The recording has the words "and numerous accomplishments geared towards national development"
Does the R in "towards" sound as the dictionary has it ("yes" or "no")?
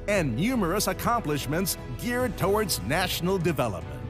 yes